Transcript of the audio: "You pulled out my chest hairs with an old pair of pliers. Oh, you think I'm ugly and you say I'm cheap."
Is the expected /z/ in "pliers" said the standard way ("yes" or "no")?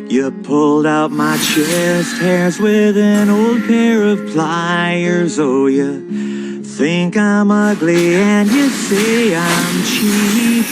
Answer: yes